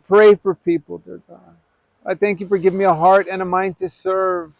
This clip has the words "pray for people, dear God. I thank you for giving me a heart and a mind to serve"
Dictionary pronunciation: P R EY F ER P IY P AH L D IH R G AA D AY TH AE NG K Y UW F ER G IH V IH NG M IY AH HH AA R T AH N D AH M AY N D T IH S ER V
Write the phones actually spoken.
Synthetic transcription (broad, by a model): P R EY F ER P IY P L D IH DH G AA AY TH AE NG K Y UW F ER G IH V IH NG M IY AH HH AA R T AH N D AH M AY N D T IH S ER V